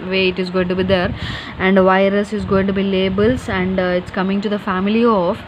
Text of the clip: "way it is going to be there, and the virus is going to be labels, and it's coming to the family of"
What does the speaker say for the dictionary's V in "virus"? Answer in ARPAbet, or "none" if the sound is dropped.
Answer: V